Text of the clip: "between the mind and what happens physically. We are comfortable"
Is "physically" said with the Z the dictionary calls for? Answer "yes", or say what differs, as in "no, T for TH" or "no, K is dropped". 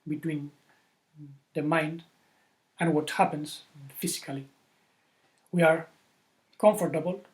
no, S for Z